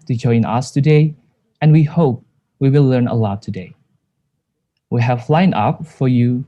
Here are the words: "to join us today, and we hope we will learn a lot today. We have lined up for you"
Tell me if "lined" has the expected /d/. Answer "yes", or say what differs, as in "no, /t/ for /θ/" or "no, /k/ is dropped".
no, /d/ is dropped